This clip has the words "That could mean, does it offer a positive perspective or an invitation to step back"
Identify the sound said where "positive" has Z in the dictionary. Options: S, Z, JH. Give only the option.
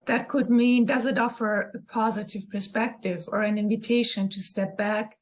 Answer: Z